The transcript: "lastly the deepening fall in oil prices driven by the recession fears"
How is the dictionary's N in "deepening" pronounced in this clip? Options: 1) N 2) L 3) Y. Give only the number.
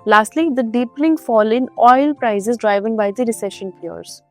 2